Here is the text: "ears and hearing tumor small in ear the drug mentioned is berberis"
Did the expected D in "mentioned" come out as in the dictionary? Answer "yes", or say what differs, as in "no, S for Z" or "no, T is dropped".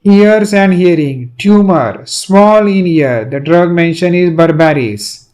no, D is dropped